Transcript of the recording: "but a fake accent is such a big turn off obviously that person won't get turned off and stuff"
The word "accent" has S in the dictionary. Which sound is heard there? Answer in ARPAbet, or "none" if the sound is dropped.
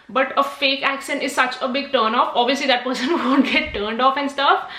SH